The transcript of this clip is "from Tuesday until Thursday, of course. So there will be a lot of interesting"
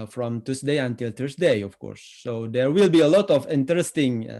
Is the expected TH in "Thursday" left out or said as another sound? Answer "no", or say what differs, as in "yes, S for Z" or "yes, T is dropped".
yes, T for TH